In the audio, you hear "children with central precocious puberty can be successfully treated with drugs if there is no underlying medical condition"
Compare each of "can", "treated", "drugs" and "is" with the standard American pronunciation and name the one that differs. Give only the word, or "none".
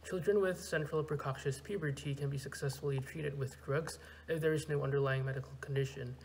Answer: none